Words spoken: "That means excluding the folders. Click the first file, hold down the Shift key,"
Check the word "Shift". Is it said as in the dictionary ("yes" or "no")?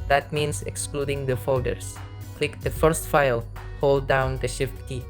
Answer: yes